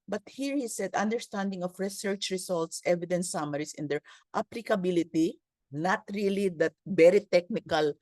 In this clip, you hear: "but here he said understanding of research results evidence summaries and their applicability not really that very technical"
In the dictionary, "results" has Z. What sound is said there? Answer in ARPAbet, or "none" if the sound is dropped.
S